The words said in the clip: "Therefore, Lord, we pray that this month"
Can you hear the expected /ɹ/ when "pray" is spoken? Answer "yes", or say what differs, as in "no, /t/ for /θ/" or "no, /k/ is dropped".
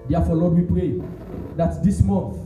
yes